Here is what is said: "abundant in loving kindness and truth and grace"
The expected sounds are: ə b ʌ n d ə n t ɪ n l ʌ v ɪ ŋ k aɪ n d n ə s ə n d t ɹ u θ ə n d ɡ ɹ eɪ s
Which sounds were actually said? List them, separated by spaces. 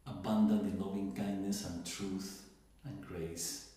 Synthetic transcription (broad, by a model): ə b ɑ n d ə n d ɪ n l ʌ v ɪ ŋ k aɪ n d n ə s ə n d t ɹ u θ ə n ɡ ɹ eɪ s